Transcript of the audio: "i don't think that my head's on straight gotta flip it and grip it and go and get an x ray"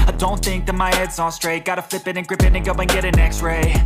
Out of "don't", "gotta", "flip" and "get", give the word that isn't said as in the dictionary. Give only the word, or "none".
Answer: none